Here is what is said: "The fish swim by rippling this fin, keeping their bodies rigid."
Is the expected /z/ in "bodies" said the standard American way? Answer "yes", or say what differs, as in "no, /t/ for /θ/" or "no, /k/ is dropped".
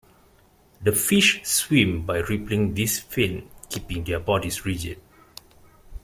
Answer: no, /s/ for /z/